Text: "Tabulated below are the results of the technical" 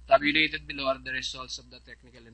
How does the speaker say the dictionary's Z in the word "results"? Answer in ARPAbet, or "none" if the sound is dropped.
S